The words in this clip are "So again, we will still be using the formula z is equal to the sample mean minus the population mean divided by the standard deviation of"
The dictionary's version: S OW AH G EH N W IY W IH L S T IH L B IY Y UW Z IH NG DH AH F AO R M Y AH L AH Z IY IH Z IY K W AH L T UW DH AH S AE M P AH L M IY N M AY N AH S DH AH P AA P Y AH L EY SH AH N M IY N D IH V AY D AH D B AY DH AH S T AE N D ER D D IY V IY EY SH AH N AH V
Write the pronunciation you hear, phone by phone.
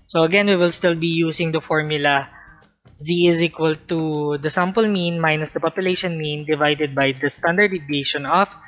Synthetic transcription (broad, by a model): S OW AH G EH N W IY W IH L S T IH L B IY Y UW S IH NG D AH F AO R M Y AH L AH Z IY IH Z IY K W AH L T UW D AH S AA M P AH L M IY N M AY N AH S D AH P AA P Y AH L EY SH AH N M IY N D IH V AY D AH D B AY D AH S T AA N D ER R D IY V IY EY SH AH N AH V